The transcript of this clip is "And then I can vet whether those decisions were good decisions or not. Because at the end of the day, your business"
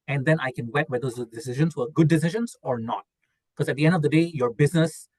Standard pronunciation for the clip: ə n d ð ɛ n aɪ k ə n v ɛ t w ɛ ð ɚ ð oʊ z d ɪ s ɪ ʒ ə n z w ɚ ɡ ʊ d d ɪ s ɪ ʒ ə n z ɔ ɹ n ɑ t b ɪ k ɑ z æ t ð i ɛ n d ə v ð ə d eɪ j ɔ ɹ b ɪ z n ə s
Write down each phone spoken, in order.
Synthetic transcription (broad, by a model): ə n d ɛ n aɪ k ə n w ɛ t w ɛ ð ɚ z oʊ d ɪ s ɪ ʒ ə n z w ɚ ɡ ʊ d d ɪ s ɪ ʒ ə n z ɔ ɹ n ɑ t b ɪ k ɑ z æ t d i ɛ n d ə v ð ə d eɪ j ɔ ɹ b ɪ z n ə s